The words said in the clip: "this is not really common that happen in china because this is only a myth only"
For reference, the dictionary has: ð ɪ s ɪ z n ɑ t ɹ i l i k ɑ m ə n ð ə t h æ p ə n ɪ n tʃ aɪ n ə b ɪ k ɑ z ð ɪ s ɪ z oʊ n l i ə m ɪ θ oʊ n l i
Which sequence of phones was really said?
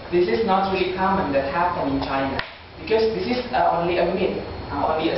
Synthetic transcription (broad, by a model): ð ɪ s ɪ s n ɑ t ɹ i i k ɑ m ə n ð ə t h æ p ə n ɪ n tʃ aɪ n ə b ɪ k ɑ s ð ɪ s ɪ s oʊ n l i ə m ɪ t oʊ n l i